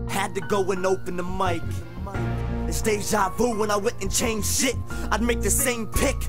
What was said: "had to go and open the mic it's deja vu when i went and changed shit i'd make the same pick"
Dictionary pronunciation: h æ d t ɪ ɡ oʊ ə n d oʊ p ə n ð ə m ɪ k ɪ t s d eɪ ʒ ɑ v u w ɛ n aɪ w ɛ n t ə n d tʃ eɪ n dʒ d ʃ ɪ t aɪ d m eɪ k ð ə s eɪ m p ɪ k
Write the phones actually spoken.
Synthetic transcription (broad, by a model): h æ d t ɪ ɡ oʊ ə n oʊ p ə n ð ə m ɪ k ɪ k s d eɪ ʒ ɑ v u w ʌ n aɪ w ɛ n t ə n tʃ eɪ n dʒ ʃ ɪ t aɪ d m eɪ k ð ə s eɪ m p ɪ k